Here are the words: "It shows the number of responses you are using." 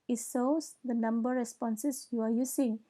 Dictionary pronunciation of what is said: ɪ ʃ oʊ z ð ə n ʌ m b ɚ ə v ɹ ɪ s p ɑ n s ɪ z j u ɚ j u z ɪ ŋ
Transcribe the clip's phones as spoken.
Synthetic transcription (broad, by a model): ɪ s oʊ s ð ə n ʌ m b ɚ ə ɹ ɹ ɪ s p ɑ n s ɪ s j u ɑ j u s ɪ ŋ